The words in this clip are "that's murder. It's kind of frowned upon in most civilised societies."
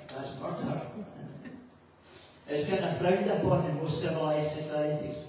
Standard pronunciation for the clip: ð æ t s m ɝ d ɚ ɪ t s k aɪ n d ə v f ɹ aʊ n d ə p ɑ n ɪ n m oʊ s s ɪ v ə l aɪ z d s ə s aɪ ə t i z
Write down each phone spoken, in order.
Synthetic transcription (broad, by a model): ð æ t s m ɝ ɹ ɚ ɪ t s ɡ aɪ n ə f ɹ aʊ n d ə p ɑ n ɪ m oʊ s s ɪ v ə l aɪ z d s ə s aɪ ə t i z